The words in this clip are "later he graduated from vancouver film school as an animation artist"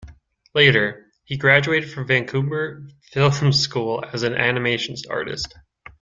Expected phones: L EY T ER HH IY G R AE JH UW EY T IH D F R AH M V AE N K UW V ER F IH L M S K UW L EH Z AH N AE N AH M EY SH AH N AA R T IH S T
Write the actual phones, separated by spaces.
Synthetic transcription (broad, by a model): L EY T ER HH IY G R AE JH UW EY T IH D F R AH M V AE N K UW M ER F IH L M S K UW L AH Z AH N AE N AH M EY SH N AA R T IH S T